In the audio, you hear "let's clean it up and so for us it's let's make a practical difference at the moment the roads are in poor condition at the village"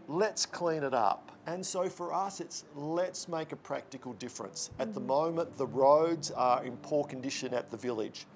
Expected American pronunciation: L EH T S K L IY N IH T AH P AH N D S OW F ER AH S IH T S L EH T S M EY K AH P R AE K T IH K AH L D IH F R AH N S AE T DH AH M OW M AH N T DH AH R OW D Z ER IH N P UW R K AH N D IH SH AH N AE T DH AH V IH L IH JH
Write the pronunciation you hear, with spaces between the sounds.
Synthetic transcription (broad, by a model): L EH T S K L IY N IH T AH P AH N S OW F ER AH S IH T S L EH T S M EY K AH P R AE K T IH K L D IH F R AH N S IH T DH AH M OW M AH N DH AH R OW D Z ER IH N P UW R K AH N D IH SH AH N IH T DH AH V IH L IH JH